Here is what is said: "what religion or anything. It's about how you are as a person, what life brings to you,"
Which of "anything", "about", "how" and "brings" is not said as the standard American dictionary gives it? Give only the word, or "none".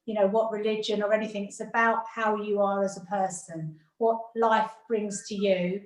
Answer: none